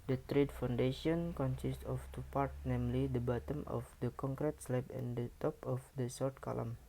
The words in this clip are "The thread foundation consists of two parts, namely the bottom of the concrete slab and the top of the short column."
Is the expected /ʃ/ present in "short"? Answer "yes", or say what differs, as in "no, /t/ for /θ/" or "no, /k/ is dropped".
no, /s/ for /ʃ/